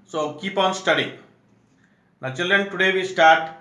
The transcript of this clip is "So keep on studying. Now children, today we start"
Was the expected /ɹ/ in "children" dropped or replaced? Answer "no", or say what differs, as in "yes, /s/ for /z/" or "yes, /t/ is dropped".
yes, /l/ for /ɹ/